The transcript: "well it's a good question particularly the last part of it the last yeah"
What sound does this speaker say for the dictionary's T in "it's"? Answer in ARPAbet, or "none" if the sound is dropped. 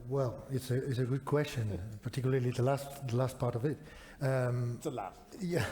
T